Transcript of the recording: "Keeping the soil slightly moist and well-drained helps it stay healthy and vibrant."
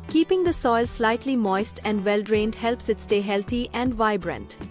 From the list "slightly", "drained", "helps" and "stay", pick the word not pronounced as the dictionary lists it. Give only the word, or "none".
none